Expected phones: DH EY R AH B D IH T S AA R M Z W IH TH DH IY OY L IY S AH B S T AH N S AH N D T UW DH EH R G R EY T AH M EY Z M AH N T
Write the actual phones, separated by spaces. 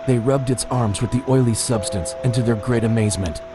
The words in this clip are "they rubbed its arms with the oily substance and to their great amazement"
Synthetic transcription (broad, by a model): DH EY R AH B D IH T S AA R M Z W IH DH IY OY L IY S AH B S T AH N S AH N T UW DH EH R G R EY T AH M EY Z M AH N T